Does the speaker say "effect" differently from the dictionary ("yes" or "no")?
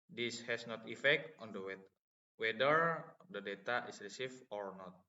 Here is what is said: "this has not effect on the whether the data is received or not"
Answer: no